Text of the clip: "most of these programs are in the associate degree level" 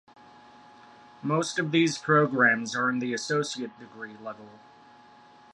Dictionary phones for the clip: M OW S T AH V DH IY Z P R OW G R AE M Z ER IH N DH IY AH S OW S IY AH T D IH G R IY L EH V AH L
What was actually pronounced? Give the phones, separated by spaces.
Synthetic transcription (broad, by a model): M OW S T AH V DH IY Z P R OW G R AE M Z ER IH N DH IY AH S OW S IY AH T D IH G R IY L EH V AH L